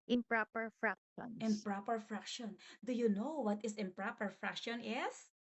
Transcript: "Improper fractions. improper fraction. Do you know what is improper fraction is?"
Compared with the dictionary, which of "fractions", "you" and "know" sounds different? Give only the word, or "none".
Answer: fractions